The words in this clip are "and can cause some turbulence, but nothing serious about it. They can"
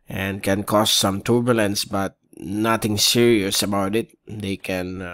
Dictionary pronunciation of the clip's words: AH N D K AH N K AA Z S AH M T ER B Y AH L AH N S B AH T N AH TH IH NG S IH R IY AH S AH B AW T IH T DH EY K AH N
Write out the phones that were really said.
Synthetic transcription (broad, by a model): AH N K AH N K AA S S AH M T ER B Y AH L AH N S B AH T N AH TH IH NG S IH R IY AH S AH B AW T IH T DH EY K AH N